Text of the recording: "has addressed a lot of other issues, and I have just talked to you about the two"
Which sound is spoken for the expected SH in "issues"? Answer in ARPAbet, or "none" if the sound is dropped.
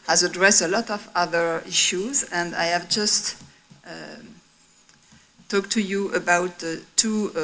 SH